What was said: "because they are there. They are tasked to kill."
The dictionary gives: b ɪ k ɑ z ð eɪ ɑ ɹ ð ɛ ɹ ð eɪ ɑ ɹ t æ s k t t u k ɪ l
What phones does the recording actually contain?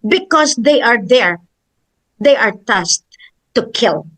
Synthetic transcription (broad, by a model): b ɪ k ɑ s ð eɪ ɑ ɹ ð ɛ ɹ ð eɪ ɑ ɹ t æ s t t u k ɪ l